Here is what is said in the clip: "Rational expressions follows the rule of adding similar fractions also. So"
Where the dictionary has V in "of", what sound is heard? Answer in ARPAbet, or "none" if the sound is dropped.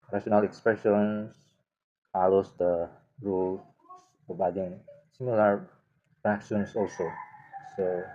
B